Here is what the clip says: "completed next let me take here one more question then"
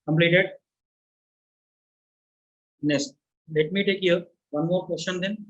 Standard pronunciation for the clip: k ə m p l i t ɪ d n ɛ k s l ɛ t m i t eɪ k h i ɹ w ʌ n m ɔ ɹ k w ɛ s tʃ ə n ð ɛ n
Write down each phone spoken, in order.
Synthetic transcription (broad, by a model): k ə m p l i t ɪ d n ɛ s l ɛ t m i t eɪ k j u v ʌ n m ɔ ɹ k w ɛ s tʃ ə n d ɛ n